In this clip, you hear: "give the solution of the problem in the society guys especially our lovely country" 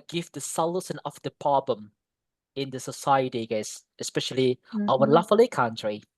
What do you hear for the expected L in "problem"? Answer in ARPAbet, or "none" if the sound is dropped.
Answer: none